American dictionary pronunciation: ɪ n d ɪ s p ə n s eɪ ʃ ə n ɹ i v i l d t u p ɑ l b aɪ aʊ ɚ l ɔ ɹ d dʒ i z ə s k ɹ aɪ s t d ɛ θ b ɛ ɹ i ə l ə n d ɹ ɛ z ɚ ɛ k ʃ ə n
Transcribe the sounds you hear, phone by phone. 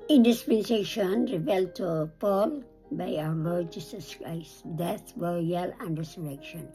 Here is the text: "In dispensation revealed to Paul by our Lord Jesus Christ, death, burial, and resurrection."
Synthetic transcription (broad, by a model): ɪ n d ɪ s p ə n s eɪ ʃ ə n ɹ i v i l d t u p ɑ l b aɪ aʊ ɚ l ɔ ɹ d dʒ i s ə s k ɹ aɪ s t d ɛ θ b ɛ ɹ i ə l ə n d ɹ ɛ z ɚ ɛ k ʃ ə n